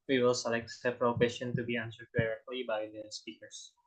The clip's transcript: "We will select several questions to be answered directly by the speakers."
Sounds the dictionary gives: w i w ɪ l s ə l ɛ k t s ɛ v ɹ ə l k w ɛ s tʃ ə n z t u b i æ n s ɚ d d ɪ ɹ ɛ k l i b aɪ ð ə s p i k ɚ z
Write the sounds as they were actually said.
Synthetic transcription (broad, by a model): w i w ɪ l s ə l ɛ k t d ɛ p ɹ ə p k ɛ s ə n t u b i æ n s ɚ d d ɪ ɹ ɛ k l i b aɪ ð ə s p i k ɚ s